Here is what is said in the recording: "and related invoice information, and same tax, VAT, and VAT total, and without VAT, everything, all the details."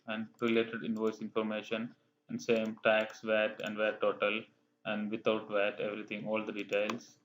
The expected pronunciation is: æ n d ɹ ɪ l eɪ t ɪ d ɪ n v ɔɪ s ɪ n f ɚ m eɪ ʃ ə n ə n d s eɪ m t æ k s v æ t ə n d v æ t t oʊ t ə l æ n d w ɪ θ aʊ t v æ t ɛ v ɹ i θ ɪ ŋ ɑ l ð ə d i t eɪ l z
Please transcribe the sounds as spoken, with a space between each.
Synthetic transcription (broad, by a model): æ n d ɹ ɪ l eɪ t ɪ d ɪ n v ɔɪ s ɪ n f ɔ m eɪ ʃ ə n ə n d s eɪ m t æ k s v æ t ə n d v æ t t oʊ t ə l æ n d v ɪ t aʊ t v æ t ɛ v ɹ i t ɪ ŋ ɑ l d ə d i t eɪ l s